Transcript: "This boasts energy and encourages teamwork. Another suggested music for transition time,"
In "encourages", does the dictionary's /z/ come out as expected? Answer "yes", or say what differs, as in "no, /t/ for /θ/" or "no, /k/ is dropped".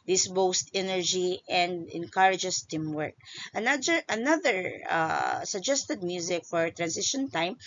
no, /s/ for /z/